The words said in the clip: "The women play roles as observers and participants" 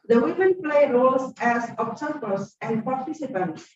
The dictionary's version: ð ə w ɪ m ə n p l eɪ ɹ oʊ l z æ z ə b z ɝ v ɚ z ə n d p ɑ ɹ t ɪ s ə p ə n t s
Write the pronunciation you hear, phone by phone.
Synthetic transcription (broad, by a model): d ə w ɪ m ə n p l eɪ ɹ oʊ l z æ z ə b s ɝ p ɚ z ə n d p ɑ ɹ t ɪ s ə p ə n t s